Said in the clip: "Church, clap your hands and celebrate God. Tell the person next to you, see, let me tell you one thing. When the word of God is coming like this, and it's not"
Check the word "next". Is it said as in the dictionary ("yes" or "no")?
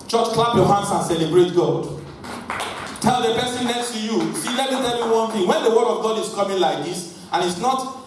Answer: no